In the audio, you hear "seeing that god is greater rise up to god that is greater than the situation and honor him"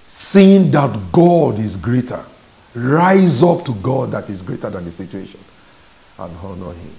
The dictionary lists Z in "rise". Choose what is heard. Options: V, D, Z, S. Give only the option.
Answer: Z